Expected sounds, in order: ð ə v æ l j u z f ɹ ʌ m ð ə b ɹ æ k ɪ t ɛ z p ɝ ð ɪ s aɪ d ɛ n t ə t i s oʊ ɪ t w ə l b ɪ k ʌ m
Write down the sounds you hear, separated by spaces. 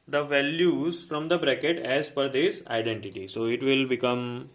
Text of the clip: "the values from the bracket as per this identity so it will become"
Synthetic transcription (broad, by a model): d ə v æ l j u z f ɹ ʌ m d ə b ɹ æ k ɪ t ɛ z f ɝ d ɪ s aɪ d ɛ n t ə t i s oʊ ɪ t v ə l b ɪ k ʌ m